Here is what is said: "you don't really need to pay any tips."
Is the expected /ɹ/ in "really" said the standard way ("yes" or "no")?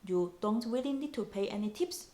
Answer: no